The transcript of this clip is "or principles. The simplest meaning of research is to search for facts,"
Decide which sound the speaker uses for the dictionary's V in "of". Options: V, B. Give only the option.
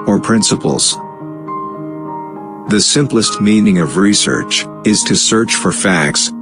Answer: V